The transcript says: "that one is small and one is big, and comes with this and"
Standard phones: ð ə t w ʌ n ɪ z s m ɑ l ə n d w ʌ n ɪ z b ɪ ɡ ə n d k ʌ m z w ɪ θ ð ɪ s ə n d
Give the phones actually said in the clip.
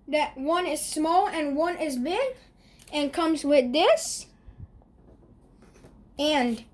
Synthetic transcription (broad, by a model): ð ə t w ʌ n ɪ z s m ɑ l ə n w ʌ n ɪ z b ɪ ɡ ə n k ʌ m z w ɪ ð ɪ s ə n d